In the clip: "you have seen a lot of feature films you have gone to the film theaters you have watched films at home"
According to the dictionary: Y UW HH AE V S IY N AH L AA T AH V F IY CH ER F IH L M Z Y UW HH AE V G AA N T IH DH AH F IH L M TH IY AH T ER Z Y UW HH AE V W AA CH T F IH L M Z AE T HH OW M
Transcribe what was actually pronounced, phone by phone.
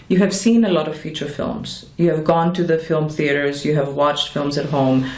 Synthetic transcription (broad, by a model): Y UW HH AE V S IY N AH L AA T AH V F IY CH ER F IH L M Z Y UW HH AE V G AA N T IH DH AH F IH L M TH IY AH T ER Z Y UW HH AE V W AA CH T F IH L M Z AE T HH OW M